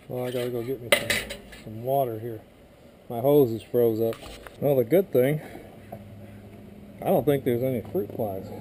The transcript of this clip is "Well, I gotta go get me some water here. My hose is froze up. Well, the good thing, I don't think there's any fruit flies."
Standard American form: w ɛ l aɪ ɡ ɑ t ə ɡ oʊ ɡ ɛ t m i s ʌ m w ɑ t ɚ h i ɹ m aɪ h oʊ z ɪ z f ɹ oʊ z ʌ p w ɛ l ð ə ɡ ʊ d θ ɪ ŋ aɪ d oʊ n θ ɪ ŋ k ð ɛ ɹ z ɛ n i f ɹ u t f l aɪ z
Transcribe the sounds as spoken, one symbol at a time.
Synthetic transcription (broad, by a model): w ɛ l aɪ ɡ ɑ t ə ɡ oʊ ɡ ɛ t m i s ʌ m w ɑ t ɚ h i ɹ m aɪ h oʊ z ɪ z f ɹ oʊ z ʌ p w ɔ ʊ ð ə ɡ ʊ d θ ɪ ŋ aɪ d oʊ n θ ɪ ŋ k ð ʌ ɹ z ɛ n i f ɹ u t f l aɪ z